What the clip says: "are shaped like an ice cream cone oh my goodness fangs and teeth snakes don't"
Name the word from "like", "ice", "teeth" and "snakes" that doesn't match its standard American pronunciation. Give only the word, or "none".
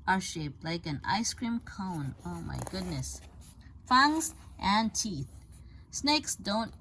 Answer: none